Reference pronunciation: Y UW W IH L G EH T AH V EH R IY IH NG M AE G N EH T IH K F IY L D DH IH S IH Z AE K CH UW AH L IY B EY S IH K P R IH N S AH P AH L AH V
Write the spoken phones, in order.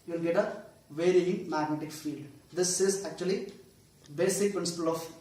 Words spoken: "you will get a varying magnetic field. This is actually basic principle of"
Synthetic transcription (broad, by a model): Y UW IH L G EH T AH V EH R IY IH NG M AE G N EH T IH K F IY L D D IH S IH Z AE K CH UW AH L IY B EY S IH K P R IH N S AH P AH L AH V